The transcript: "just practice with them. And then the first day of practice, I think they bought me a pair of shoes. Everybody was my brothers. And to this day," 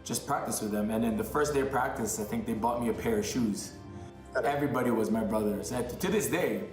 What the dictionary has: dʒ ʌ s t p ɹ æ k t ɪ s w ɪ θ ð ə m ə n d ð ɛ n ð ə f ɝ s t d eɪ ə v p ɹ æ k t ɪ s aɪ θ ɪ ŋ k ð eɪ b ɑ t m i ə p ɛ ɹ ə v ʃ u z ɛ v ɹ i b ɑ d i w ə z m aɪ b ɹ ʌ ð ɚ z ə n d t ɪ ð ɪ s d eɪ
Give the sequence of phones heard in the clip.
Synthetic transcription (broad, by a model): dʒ ʌ s p ɹ æ k t ɪ s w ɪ ð ə m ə n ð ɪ n ð ə f ɝ s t d eɪ ə v p ɹ æ k t ɪ s aɪ θ ɪ ŋ k ð eɪ b ɑ t m i ə p ɛ ɹ ə v ʃ u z ɛ v ɹ i b ɑ d i w ə z m aɪ b ɹ ʌ ð ɚ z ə t ɪ ð ɪ s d eɪ